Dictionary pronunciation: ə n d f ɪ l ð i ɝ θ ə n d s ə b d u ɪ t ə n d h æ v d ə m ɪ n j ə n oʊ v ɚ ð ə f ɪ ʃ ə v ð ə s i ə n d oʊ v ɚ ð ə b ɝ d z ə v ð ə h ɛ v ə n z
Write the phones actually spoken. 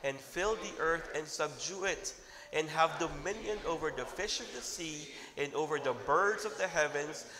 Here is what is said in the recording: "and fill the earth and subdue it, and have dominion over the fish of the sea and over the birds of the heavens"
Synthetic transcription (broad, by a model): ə n f ɪ l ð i ɝ θ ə n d s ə b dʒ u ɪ t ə n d h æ v d ə m ɪ n j ə n oʊ v ɚ ð ə f ɪ ʃ ə v ð ə s i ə n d oʊ v ɚ ð ə b ɝ d z ə v ð ə h ɛ v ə n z